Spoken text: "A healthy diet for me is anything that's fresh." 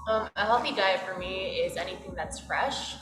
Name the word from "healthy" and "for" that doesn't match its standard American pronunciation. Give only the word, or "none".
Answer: healthy